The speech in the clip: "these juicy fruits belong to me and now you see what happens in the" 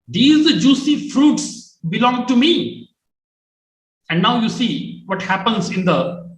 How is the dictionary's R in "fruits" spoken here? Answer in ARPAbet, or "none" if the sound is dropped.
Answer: R